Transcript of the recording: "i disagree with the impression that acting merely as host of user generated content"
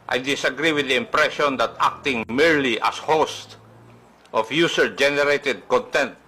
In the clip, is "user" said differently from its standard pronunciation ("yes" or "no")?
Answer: yes